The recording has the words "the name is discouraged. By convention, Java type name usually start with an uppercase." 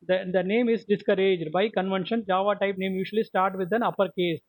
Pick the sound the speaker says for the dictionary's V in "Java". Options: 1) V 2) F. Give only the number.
1